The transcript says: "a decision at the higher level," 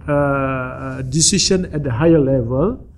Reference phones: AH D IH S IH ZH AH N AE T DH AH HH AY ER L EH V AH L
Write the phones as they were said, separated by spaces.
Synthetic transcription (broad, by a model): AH D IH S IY SH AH N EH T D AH HH AY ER L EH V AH L